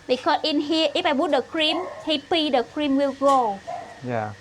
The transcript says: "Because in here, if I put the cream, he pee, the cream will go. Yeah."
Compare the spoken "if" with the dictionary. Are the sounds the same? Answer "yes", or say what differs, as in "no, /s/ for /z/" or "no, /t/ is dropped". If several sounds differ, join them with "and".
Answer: no, /p/ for /f/